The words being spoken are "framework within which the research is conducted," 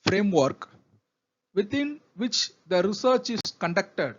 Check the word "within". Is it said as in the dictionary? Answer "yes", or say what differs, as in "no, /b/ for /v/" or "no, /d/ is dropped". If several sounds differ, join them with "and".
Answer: no, /t/ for /θ/